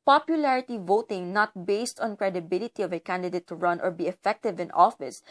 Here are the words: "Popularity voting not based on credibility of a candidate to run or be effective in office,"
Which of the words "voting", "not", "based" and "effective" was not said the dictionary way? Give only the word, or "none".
none